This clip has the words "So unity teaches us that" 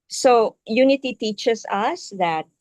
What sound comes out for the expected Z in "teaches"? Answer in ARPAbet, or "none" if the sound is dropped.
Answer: S